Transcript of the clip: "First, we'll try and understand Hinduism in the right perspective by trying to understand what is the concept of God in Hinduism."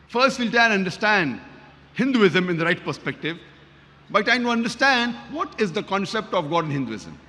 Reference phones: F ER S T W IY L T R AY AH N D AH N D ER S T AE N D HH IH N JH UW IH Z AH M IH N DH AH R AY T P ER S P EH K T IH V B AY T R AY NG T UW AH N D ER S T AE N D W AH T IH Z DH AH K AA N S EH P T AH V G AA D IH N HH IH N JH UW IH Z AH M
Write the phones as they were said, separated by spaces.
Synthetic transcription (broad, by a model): F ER S T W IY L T AY AH N D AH D S T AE N D HH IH N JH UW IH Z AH M IH N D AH R AY T P ER S P EH K T IH V B AY T AY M T UW AH N D ER S T AE N D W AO T IH Z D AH K AA N S EH P T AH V G AA D IH N HH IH N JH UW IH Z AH M